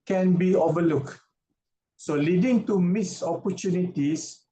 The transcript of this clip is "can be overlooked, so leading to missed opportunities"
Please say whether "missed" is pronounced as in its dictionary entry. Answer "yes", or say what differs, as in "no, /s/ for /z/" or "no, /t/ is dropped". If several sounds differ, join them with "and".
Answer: no, /t/ is dropped